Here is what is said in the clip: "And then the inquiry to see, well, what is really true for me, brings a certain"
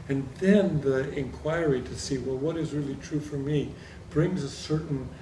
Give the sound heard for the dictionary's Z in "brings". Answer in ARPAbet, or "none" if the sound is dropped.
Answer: Z